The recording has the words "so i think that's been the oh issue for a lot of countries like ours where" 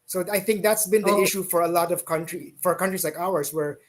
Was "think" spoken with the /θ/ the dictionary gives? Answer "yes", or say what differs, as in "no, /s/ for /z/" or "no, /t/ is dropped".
yes